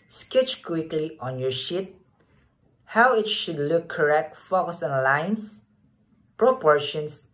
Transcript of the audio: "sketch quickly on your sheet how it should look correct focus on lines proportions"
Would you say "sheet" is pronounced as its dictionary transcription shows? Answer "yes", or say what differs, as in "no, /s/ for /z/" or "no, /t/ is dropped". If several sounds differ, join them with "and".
yes